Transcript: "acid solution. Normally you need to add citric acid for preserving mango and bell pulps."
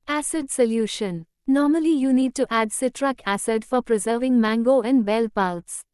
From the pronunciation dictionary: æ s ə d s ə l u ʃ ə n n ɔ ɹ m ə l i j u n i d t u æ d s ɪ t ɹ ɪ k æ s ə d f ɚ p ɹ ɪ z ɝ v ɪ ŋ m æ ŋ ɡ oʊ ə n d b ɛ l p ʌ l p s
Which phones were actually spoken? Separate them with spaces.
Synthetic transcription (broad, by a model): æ s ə d s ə l u ʃ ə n n ɔ ɹ m ə l i j u n i d t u æ d s ɪ t ɹ ɪ k æ s ə d f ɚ p ɹ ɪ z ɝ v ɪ ŋ m æ ŋ ɡ oʊ ə n d b ɛ l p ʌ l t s